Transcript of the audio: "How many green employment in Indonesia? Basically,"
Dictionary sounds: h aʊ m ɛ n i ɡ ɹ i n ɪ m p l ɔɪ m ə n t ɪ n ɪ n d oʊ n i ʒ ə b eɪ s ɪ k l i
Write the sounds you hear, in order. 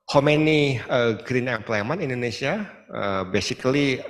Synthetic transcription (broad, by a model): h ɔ m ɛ n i ɡ ɹ i n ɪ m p l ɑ m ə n ɪ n n d oʊ n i s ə b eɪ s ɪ k l i